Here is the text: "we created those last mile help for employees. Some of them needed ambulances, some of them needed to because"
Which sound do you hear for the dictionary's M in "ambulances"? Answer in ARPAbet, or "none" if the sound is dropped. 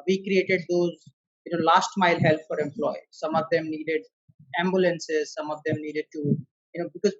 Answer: M